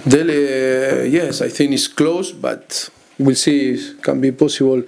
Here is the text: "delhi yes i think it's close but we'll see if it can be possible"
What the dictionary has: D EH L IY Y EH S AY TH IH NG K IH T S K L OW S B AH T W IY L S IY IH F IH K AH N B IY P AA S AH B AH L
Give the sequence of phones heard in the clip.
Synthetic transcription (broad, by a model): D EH L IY Y EH S AY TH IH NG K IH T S K L OW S B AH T W IY L S IY K AH N B IY P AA S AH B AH L